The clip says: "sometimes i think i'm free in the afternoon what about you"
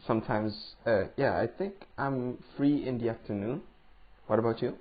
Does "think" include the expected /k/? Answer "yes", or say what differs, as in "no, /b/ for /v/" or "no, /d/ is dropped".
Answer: yes